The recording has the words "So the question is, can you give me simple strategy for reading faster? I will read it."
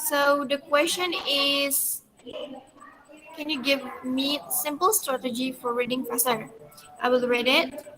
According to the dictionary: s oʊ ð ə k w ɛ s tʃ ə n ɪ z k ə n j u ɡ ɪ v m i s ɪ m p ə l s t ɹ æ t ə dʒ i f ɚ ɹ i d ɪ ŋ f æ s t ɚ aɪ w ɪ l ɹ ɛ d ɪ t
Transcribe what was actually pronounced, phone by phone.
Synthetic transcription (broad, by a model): s oʊ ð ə k w ɛ s tʃ ə n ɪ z k ə n j u ɡ ɪ v m i s ɪ m p ə l s t ɹ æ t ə dʒ i f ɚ ɹ i d ɪ ŋ p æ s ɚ aɪ w ɪ l ɹ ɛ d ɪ t